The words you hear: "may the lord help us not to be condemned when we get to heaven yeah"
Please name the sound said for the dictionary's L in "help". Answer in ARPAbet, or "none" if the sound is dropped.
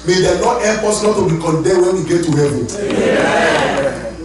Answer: none